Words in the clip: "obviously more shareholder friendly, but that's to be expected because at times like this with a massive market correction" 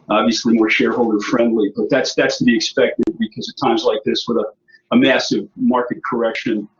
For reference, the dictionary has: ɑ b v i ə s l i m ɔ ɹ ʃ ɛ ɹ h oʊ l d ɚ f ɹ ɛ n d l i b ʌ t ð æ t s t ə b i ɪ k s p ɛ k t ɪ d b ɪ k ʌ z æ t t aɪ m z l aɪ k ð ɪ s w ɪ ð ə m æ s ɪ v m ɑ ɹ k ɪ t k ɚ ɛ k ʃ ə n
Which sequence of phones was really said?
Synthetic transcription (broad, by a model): ɑ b v i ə s l i m ɔ ɹ ʃ ɛ ɹ h oʊ l d ɚ f ɹ ɛ n d l i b ʌ t ð æ t s t ə b i ɪ k s p ɛ k t ɪ d b ɪ k ʌ z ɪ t t aɪ m z l aɪ k ð ɪ s w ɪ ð ə m æ s ɪ v m ɑ ɹ k ɪ t k ɚ ɛ k ʃ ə n